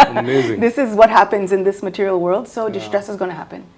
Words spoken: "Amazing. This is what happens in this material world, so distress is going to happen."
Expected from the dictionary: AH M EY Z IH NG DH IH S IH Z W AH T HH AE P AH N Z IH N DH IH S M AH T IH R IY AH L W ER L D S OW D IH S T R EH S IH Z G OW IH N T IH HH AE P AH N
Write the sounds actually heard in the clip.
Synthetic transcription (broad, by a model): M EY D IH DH IH S IH Z W AH T HH AE P AH N Z IH N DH IH S M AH T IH R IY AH L W ER L D S OW D IH S T R EH S IH Z G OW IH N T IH HH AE P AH N